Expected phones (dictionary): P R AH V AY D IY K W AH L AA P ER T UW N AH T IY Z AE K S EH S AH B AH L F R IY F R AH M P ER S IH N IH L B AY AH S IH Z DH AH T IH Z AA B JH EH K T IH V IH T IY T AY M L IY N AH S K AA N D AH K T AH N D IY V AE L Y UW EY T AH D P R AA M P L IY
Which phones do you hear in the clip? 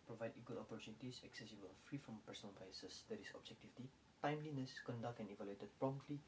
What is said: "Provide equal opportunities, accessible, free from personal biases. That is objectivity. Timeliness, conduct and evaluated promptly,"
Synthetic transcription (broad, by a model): P R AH V AY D IY K W AH L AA P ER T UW N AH T IY S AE K S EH S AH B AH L F R IY F R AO M P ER S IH N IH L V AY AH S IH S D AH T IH S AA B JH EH K T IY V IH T IY T AY M L IY N AH S K AA N D AH K T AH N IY V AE L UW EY T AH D P R AA M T L IY